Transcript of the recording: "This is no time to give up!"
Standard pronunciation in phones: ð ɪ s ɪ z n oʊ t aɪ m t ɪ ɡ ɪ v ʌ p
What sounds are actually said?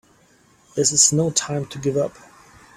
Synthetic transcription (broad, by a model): ð ɪ s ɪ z n oʊ t aɪ m t ɪ ɡ ɪ v ʌ p